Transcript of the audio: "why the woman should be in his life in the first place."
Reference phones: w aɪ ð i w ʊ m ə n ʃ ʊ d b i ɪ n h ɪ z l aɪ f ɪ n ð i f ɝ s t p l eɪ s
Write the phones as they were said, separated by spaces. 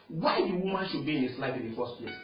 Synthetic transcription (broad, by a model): w aɪ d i w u m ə n ʃ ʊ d b i ɪ n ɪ s l aɪ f ɪ n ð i f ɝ s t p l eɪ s